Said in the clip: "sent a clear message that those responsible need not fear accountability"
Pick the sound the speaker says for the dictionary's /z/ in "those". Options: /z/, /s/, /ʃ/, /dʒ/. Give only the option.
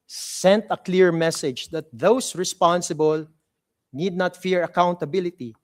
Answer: /s/